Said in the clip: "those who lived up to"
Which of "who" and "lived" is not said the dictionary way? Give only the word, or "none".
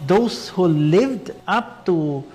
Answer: none